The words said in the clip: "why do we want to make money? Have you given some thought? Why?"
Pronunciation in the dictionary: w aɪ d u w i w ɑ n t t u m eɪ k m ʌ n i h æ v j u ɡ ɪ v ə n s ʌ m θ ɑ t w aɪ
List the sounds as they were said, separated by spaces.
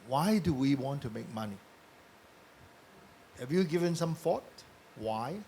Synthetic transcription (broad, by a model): w aɪ d u w i w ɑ n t t u m eɪ k m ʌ n i h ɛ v j u ɡ ɪ v ə n s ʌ m f ɑ t w aɪ